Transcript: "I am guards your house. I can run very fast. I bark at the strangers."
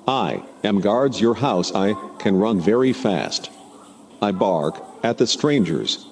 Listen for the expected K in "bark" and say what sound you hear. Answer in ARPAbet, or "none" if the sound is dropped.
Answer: K